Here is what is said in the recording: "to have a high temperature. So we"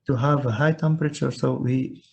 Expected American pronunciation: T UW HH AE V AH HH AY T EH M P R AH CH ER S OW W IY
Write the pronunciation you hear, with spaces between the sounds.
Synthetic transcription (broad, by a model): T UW HH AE V AH HH AY T EH M P R AH CH ER S OW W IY